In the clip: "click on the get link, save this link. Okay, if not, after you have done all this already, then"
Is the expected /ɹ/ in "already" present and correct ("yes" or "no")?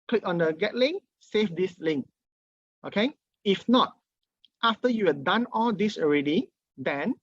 yes